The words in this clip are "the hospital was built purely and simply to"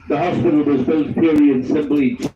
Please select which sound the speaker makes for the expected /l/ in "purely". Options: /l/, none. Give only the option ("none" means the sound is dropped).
none